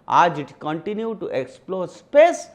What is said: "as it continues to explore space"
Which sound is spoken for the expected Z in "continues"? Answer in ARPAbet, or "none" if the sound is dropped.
none